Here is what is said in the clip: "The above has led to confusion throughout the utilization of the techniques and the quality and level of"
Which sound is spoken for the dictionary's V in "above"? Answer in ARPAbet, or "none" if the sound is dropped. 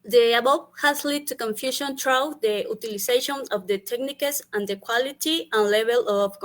P